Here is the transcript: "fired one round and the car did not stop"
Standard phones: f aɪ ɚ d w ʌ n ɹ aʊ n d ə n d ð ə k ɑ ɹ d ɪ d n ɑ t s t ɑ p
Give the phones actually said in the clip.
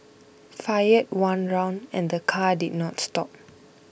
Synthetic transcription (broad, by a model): f aɪ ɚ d w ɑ n ɹ aʊ n d ə n d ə k ɑ d ɪ d n ɑ t s t ɑ p